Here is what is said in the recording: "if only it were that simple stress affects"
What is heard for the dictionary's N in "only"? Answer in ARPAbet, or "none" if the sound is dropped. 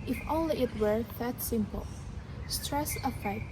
none